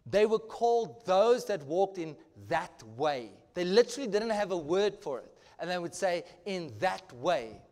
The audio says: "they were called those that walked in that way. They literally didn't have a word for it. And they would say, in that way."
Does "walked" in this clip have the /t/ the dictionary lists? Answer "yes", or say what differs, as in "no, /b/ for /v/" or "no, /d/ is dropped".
yes